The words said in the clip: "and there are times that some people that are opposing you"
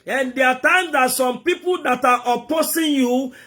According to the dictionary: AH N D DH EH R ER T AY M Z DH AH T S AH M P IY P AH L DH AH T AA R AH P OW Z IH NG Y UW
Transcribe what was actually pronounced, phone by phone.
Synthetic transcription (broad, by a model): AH N D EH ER T AY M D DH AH T S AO M P IY P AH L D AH T AA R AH P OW S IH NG Y UW